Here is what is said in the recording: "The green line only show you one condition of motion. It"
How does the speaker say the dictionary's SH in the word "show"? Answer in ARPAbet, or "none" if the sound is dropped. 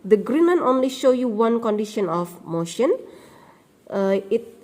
SH